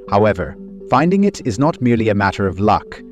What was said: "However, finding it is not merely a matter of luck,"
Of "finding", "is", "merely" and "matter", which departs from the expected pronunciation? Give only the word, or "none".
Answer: none